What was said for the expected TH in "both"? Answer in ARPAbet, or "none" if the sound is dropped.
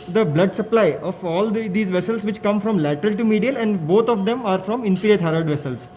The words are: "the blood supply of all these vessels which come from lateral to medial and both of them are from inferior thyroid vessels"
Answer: T